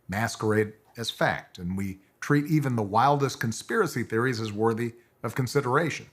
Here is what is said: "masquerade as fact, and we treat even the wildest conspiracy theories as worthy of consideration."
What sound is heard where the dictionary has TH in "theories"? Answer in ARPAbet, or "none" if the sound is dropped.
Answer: TH